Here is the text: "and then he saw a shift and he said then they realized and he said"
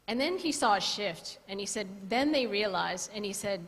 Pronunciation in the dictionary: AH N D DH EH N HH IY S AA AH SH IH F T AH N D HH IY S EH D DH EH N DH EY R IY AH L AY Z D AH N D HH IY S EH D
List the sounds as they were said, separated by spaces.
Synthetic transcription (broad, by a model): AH N DH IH N IY S AA AH SH IH F T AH N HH IY S EH D DH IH N DH EY R IY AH L AY Z AH N IY S EH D